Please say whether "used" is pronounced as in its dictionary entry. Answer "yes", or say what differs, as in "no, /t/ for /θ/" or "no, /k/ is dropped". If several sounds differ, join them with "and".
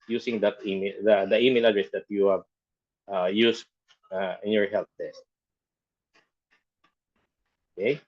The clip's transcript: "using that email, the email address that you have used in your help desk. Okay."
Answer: no, /s/ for /z/